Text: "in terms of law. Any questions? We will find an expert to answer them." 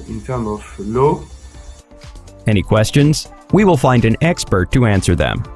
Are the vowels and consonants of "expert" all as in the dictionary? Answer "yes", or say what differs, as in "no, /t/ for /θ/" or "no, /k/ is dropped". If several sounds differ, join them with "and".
yes